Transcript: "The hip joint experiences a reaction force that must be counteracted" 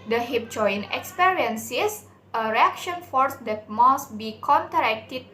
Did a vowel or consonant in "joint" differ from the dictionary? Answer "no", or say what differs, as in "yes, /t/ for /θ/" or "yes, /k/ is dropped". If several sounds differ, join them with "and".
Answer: yes, /t/ is dropped